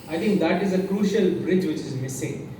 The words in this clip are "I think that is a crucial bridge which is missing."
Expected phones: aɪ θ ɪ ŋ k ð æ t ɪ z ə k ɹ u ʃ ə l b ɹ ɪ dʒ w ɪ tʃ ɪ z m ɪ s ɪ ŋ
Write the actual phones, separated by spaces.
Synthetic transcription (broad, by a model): aɪ t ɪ ŋ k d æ t ɪ z ə k ɹ u ʃ ə l b ɹ ɪ dʒ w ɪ tʃ ɪ z m ɪ s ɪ ŋ